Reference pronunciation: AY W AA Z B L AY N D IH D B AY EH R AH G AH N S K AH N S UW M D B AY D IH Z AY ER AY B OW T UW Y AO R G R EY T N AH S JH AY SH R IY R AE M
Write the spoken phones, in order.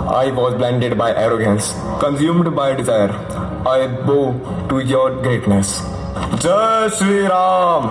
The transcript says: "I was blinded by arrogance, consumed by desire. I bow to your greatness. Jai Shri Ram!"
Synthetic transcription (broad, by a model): AY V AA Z B L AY N D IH D B AY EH R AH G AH N S K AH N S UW M D B AY D IH Z AY ER AY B OW T UW Y AO R G R EY T N AH S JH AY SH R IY R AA M